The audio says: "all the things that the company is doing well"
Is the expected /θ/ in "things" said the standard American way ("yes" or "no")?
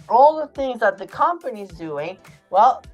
yes